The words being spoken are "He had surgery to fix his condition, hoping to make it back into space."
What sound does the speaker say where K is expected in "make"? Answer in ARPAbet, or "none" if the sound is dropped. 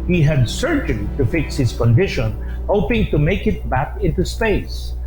K